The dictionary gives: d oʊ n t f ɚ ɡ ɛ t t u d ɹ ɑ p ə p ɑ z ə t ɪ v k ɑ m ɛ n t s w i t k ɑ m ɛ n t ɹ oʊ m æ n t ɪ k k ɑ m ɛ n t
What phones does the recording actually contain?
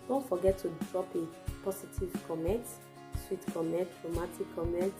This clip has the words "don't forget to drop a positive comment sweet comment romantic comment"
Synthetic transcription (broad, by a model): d oʊ n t f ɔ ɡ ɛ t t u d ɹ ɑ p ə p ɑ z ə t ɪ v k ɑ m ɛ n t s w i t k ɑ m ɛ n t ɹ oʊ m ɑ t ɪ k k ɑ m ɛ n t